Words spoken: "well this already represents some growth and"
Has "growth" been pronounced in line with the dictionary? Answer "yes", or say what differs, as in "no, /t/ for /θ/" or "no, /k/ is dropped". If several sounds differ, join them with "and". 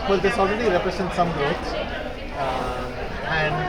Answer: no, /ɹ/ is dropped and /s/ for /θ/